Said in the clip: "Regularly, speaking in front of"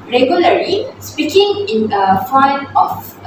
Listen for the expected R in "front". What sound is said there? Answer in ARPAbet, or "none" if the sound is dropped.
none